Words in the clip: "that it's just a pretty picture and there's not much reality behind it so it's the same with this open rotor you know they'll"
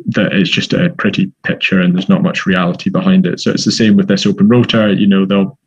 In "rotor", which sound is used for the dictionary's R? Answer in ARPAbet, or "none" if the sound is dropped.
R